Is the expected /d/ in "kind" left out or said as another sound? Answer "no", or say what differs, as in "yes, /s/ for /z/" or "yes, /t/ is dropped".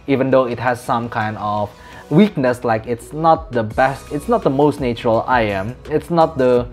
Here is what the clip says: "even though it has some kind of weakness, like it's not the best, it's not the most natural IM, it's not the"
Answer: no